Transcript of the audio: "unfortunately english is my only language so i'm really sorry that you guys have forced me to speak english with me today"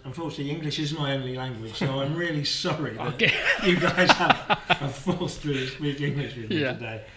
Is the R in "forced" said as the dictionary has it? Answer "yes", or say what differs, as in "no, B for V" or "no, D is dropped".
no, L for R